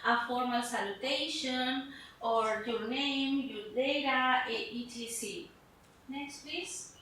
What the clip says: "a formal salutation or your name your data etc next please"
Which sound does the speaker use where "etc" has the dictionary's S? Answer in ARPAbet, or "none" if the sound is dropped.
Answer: none